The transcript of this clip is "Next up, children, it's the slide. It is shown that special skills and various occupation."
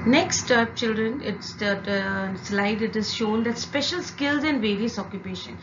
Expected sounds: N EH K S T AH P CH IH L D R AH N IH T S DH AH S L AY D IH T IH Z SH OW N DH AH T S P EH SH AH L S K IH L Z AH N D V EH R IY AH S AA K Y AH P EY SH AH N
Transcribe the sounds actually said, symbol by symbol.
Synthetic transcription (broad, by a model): N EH K S T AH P CH IH L D R AH N IH T S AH S L AY D IH T IH Z SH OW N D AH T S P EH SH AH L S K IH L Z AH N D V EH R IY AH S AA K Y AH P EY SH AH N